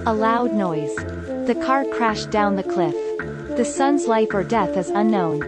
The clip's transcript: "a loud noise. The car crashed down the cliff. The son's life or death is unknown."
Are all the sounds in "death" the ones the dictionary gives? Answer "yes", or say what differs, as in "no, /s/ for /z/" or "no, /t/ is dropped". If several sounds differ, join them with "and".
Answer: yes